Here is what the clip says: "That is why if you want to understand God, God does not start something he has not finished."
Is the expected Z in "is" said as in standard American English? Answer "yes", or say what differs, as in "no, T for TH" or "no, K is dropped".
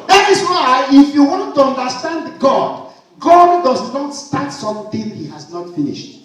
no, S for Z